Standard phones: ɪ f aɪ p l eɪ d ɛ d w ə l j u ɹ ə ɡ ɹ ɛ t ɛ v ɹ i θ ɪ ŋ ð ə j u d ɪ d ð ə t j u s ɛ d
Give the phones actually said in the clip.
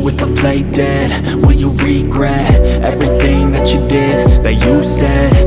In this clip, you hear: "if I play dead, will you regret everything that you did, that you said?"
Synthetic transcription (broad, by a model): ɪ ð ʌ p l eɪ d ɛ d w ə n j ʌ ɹ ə ɡ ɹ ɛ t ɛ v ɹ i θ ɪ ŋ ð ə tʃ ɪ d ɪ d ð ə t j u s ɛ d